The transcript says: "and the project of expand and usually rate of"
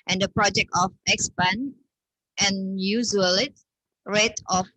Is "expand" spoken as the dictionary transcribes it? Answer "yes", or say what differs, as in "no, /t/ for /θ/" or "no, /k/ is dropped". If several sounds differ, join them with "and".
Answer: no, /d/ is dropped